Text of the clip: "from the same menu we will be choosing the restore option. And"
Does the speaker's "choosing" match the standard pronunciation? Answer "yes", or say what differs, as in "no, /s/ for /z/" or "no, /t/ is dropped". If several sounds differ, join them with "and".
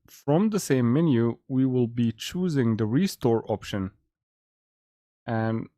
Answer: yes